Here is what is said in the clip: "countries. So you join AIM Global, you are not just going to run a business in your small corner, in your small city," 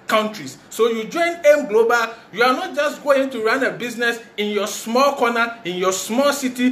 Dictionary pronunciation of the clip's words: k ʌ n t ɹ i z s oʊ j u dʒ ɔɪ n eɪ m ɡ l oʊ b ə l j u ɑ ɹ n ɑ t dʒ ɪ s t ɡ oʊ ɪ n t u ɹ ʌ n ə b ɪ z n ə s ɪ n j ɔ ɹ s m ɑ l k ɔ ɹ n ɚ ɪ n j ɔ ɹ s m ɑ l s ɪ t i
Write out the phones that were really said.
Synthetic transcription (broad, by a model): k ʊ n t ɹ i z s oʊ j u dʒ ɔɪ n eɪ m ɡ l oʊ b ə l j u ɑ l n ɑ t dʒ ɪ s t ɡ oʊ ɪ n t u ɹ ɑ n ə b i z n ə s ɪ n j ɔ s m ɑ l k ɔ n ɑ ɪ n j ɔ s m ɑ l s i t i